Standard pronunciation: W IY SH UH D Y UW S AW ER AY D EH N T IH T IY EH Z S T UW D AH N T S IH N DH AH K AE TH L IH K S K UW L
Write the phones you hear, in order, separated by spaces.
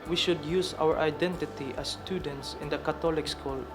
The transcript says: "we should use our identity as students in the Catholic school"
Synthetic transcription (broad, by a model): W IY SH UH D Y UW S AW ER AY D EH N T IH T IY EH S T UW D AH N T S IH N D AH K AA T L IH K S K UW L